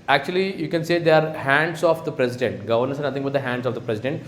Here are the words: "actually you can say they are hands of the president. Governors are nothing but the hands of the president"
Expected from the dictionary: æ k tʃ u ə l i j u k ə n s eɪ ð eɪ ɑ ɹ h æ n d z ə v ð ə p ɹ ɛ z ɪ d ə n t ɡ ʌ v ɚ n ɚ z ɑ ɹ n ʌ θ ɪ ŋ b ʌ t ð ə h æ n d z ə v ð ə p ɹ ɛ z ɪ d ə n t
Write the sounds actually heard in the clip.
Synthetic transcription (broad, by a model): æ k tʃ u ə l i j u k ə n s eɪ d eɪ ɑ ɹ h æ n d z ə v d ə p ɹ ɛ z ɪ d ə n t ɡ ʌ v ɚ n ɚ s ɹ n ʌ t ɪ ŋ b ʌ t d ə h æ n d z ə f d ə p ɹ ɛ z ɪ d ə n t